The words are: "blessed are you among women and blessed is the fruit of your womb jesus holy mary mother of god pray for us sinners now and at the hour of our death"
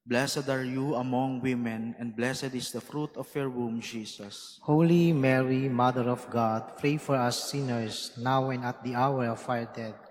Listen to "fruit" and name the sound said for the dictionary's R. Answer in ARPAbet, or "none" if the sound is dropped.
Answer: R